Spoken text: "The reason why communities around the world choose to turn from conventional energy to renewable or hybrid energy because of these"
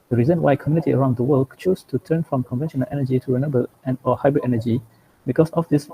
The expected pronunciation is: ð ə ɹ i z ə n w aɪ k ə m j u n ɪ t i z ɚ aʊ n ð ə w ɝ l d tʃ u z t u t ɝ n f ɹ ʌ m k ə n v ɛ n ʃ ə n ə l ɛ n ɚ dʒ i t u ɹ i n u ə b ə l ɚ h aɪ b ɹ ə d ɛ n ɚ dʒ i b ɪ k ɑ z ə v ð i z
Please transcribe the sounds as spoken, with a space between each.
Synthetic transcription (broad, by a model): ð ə ɹ i z ə n w aɪ k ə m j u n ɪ t i ɚ aʊ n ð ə w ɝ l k tʃ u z t u t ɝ n f ɹ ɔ m k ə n v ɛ n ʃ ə n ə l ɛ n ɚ dʒ i t u ɹ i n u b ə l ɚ h aɪ b ɹ ə d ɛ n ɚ dʒ i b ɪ k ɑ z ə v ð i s